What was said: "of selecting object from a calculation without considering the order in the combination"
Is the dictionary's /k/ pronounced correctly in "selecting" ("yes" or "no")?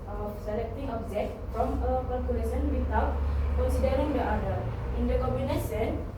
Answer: yes